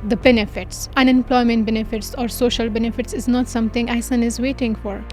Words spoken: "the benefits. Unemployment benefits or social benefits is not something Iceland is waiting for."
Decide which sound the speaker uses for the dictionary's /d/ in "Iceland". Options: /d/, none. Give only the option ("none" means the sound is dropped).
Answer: none